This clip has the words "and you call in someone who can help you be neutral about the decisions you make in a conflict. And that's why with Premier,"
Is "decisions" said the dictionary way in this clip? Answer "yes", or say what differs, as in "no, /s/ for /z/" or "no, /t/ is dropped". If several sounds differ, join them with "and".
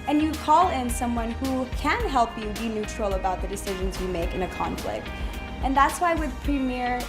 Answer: yes